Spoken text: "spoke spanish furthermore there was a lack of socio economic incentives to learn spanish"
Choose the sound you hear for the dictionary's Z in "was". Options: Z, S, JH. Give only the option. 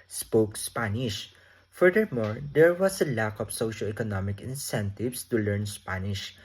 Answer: S